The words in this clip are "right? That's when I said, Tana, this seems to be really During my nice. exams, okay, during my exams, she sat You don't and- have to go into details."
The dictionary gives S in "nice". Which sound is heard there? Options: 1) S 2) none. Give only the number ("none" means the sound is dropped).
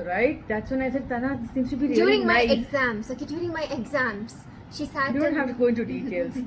2